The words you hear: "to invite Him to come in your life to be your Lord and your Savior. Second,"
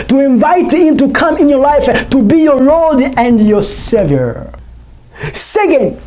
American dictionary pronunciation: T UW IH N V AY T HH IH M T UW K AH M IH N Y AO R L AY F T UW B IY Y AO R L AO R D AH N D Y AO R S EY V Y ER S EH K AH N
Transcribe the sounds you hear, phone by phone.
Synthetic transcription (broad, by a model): T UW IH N V AY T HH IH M T UW K AH M IH N Y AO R L AY F T UW B IY Y AO R AO L D AH N D Y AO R S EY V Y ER S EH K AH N